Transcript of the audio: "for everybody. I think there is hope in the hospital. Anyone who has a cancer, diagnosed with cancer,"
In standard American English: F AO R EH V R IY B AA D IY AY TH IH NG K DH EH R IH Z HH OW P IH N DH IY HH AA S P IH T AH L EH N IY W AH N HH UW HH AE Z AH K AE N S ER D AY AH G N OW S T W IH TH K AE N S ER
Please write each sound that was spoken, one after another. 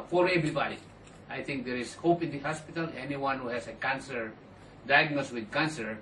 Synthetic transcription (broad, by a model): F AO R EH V R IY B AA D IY AY T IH NG K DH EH R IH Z HH OW P IH N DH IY HH AA S P IH T AH L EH N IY W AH N HH UW HH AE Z AH K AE N S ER D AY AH G N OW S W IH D K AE N S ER